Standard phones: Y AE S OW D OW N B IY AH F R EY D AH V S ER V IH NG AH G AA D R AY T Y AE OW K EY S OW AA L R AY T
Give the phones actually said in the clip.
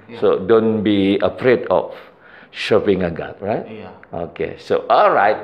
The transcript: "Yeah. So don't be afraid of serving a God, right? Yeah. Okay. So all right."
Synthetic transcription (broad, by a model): S OW D OW N B IY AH P R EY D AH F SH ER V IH NG AH G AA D R AY T OW K EY S OW AA L R AY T